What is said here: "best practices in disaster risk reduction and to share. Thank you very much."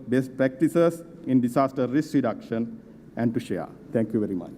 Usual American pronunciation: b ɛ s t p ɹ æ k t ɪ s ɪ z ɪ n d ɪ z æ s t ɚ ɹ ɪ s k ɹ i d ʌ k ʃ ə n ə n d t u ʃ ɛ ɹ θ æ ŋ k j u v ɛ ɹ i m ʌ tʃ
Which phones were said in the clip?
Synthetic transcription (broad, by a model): b ɛ s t p ɹ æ k t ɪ s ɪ s ɪ n d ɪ s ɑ s t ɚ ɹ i s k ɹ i d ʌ k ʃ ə n ə n d t u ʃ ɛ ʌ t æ ŋ k j u v ɛ ɹ i m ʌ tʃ